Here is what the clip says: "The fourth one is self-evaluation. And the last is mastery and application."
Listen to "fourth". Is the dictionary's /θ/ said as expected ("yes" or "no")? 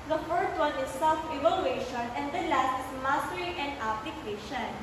no